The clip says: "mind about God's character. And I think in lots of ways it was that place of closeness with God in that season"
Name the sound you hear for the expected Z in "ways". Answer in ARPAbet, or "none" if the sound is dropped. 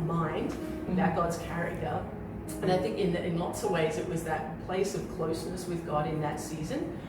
Z